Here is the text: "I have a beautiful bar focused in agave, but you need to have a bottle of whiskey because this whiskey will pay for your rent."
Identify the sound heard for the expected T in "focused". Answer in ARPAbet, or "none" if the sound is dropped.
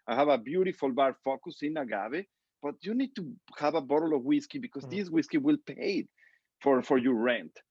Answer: none